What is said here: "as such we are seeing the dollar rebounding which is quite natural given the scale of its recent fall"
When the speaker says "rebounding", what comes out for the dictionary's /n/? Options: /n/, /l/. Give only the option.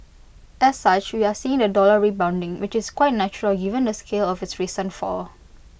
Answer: /n/